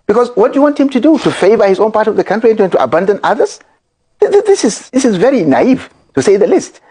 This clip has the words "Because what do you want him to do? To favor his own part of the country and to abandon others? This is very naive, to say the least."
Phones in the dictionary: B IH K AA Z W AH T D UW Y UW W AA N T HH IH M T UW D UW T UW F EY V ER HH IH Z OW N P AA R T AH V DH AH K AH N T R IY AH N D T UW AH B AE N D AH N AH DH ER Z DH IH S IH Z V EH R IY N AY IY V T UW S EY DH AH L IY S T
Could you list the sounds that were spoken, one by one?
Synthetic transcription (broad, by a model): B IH K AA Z W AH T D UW Y UW W AA N T HH IH M T UW D UW T UW F EY V ER HH IH Z OW N P AA R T AH V DH AH K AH N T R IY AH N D T UW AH B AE N D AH N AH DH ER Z DH IH S IH Z V EH R IY N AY IY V T UW S EY DH AH L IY S T